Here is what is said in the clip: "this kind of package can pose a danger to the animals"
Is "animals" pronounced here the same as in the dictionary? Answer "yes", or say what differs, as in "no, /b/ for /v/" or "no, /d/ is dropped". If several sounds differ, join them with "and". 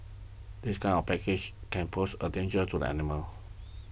no, /z/ is dropped